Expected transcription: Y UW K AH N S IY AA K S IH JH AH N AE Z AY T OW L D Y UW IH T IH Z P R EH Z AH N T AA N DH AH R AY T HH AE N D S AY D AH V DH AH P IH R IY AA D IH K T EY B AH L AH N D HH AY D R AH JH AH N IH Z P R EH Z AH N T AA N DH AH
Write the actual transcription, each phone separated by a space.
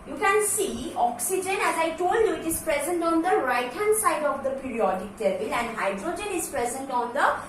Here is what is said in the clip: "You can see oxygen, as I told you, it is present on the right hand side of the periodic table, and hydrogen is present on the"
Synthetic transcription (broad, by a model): Y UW K AH N S IY AA K S IH JH AH N AE Z AY T OW L D Y UW IH T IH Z P R EH Z AH N T AA N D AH R AY T HH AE N D S AY D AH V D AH P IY R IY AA D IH K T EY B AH L AH N D HH AY D R AH JH AH N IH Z P R EH Z AH N T AA N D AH